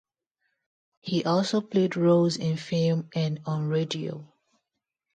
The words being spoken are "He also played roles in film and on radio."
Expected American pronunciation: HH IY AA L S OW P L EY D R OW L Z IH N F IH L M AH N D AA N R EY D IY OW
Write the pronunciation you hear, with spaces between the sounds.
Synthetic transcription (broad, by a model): HH IY AA L S OW P L EY D R OW Z IH N F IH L M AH N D AA N R EY D IY OW